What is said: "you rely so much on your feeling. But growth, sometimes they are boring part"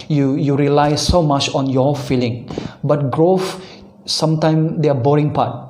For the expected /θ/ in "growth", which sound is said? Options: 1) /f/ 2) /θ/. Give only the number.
1